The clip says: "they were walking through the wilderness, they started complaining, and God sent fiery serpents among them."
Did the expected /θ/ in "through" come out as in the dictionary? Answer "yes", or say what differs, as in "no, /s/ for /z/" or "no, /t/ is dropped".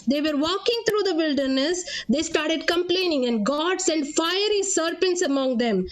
no, /t/ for /θ/